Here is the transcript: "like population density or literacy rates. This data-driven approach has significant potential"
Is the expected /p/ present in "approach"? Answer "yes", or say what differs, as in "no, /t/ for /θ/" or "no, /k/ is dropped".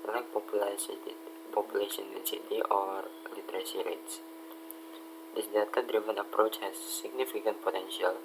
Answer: yes